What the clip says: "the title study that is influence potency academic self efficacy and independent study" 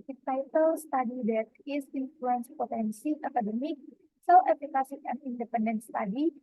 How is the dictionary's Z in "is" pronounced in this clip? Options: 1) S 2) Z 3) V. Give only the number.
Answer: 1